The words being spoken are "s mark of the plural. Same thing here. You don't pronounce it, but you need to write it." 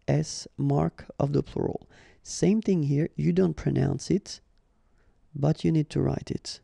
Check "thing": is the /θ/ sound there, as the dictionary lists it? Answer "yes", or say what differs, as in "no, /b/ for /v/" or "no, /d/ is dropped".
yes